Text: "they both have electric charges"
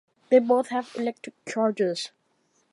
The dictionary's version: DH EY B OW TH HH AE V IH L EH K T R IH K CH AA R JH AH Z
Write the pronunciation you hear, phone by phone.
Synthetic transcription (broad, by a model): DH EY B OW TH HH AE V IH L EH K T IH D CH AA R JH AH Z